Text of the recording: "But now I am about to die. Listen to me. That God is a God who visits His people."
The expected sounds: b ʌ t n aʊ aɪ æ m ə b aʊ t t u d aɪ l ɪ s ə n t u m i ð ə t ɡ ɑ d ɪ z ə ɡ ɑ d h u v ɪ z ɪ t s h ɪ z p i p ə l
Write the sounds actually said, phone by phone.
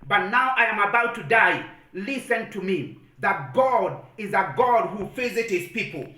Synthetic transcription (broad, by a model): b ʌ t n aʊ aɪ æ m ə b aʊ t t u d aɪ l ɪ s ə n t u m i ð ə t ɡ ɑ d ɪ z ə ɡ ɑ d h u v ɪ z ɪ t h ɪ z p i p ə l